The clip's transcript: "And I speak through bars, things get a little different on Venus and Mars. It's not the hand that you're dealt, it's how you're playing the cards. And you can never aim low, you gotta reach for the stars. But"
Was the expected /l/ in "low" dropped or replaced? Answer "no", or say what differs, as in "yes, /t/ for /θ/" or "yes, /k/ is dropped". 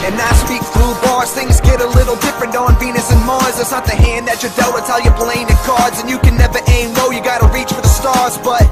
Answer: yes, /n/ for /l/